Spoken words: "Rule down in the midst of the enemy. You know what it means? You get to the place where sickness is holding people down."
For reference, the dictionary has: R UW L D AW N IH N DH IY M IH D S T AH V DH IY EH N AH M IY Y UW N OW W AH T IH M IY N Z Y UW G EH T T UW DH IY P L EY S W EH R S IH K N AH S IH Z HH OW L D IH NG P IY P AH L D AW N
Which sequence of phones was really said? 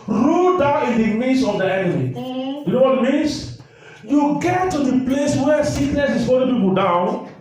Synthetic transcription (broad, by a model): R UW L D AW N IH N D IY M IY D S AH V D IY EH N AH M IY Y UW N OW W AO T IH M IY N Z Y UW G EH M T UW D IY P L EY S W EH S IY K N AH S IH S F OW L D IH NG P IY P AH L D AW N